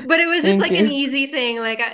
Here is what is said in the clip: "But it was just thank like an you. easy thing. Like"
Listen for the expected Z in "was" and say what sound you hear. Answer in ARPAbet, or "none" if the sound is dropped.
Z